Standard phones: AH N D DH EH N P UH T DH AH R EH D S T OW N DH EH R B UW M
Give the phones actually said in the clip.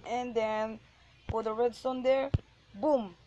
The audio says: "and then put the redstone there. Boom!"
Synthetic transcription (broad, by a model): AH N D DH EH N F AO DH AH R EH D S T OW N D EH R B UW M